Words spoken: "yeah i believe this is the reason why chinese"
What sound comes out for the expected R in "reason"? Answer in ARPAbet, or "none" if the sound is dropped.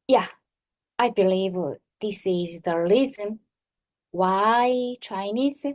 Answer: L